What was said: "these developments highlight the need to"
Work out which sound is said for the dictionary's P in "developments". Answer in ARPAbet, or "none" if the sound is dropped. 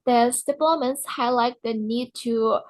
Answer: none